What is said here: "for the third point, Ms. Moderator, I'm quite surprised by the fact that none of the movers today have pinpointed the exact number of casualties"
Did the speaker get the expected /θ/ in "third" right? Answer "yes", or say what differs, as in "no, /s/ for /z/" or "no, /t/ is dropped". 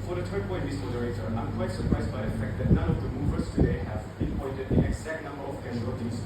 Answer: no, /t/ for /θ/